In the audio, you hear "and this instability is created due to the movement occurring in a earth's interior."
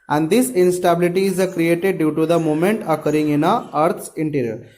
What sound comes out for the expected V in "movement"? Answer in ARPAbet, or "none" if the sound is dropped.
none